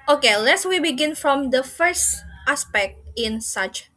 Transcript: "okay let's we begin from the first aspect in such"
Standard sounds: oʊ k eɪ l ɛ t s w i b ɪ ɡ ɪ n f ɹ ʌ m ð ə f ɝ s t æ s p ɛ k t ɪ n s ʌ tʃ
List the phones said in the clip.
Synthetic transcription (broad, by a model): oʊ k eɪ l ɛ t s w i b ɪ ɡ ɪ n f ɹ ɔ m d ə f ɝ s t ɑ s p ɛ k t ɪ n s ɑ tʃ